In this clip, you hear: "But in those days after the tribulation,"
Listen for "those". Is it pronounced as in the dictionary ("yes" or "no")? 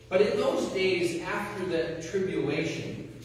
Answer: yes